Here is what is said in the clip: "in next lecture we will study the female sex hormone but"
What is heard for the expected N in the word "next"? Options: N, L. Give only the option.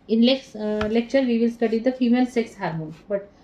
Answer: L